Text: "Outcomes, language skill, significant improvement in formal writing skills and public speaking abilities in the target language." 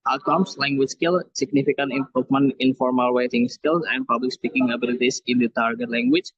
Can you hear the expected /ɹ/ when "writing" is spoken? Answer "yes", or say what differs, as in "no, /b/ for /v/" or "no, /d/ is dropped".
no, /w/ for /ɹ/